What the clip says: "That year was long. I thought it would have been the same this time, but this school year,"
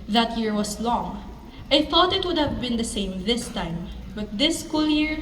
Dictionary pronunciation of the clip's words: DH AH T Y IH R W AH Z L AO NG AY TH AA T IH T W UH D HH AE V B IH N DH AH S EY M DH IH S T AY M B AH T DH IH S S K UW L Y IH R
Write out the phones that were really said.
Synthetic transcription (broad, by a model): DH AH T Y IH R W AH S L AO NG AY TH AA T IH T W UH D HH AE V B IH N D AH S EY M DH IH S T AY M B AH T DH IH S S K UW L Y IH R